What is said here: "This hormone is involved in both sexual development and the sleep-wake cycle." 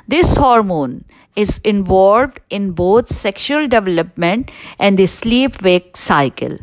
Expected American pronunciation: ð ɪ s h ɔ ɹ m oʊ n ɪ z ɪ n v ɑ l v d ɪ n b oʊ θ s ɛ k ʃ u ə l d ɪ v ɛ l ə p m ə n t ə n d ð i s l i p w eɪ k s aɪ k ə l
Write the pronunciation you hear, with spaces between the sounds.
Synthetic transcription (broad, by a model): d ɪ s h ɔ ɹ m oʊ n ɪ z ɪ n v ɑ l v d ɪ n b oʊ t s ɛ k ʃ u ə l d ɪ v ɛ l ə p m ə n t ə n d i s l i p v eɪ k s aɪ k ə l